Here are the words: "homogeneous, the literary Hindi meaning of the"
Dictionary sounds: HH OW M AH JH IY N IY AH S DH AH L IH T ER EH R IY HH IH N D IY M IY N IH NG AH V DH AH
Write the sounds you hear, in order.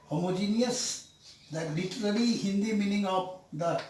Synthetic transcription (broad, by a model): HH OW M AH JH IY N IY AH S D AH L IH T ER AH L IY HH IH N D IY M IY N IH NG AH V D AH